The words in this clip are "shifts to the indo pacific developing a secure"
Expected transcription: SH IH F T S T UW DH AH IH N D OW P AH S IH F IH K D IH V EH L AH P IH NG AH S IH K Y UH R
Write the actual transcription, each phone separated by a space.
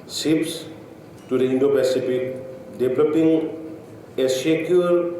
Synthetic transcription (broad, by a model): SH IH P S T UW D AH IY N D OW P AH S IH P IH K D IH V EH L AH P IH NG AH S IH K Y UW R